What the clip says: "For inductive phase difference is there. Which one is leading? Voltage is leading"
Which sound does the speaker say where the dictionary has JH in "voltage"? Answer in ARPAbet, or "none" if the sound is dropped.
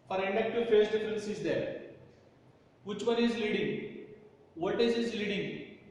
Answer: Z